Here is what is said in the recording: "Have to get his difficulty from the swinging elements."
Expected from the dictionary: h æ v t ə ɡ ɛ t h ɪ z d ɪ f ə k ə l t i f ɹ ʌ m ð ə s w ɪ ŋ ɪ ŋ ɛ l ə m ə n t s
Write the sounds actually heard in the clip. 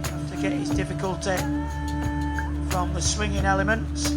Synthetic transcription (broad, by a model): t ə ɡ ɛ t h ɪ z d ɪ f ə k ə l t i f ɹ ʌ m ð ə s w ɪ ŋ ɪ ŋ ɛ l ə m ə n t s